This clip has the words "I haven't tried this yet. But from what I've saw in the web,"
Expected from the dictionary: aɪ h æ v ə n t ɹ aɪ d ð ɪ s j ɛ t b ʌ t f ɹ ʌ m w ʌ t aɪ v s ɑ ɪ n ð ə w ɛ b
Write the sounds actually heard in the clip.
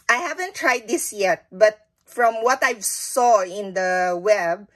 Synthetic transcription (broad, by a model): aɪ h æ v ə n t ɹ aɪ d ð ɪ s j ɛ t b ʌ t f ɹ ʌ m w ʌ t aɪ v s ɑ ɪ n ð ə w ɛ b